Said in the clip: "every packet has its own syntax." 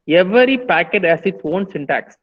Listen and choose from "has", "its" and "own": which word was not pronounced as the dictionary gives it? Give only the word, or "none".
has